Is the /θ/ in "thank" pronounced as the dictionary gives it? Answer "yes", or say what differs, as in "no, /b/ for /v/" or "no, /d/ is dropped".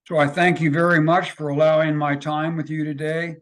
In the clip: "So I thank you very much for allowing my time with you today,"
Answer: yes